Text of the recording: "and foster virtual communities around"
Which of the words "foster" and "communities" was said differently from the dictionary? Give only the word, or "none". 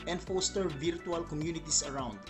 communities